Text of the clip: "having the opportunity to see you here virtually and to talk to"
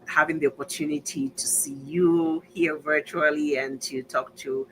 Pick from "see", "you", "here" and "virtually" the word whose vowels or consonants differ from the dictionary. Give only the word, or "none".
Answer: none